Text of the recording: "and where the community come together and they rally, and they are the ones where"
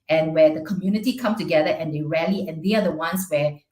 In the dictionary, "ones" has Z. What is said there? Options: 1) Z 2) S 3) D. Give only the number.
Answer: 2